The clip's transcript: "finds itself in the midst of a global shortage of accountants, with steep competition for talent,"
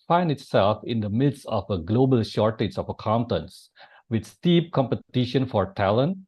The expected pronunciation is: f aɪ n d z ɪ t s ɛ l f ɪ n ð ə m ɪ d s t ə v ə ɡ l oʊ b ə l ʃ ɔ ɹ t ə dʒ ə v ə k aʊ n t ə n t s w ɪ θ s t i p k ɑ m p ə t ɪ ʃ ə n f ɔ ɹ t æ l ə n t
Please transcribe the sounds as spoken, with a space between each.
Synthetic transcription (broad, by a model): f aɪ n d ɪ t s ɛ l f ɪ n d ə m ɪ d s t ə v ə ɡ l oʊ b ə l ʃ ɔ ɹ t ə dʒ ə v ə k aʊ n t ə n s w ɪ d s t i p k ɑ m p ə t ɪ ʃ ə n f ɔ ɹ t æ l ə n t